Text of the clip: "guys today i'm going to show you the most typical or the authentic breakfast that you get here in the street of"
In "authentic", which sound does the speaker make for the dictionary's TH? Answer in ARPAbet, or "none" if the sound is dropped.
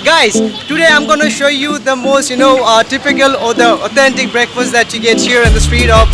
T